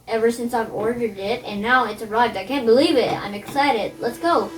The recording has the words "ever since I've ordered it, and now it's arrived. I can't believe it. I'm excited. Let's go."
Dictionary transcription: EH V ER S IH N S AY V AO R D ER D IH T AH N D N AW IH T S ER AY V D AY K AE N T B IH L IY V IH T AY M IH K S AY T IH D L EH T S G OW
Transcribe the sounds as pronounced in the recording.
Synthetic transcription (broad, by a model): EH V ER S IH N S AY V AO R D ER D IH T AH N N AW IH T S ER AY V D AY K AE N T B IH L IY V IH T AY M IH K S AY T IH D L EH T S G OW